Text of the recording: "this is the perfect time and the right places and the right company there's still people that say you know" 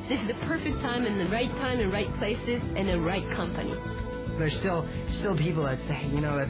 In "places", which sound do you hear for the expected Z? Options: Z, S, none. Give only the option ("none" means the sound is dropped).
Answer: Z